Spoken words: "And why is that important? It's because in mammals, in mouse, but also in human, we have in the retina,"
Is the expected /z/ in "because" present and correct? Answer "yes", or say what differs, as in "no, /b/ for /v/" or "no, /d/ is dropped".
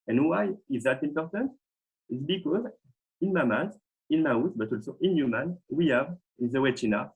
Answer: yes